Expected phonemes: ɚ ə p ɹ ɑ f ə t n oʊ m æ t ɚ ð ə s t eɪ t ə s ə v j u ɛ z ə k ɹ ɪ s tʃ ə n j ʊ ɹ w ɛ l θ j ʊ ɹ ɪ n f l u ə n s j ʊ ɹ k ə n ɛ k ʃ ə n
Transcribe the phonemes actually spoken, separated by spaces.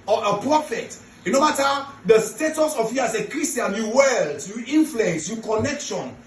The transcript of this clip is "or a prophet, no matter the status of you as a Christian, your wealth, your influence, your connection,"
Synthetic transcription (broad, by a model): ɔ ə p ɹ ɑ f ə t n oʊ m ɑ t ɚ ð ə s t eɪ t ə s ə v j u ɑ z ə k ɹ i s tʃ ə n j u w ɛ l s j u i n f l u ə n s j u k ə n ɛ k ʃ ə n